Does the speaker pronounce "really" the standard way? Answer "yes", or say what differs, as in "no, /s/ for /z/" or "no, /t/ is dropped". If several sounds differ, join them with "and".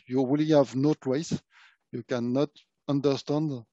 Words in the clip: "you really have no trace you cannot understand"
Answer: no, /w/ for /ɹ/